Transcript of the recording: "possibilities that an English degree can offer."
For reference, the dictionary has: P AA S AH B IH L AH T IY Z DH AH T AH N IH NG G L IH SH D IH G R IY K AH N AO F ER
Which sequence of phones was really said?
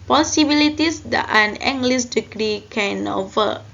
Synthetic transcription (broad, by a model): P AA S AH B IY L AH T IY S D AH T AH N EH NG G L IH S D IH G R IY K AH N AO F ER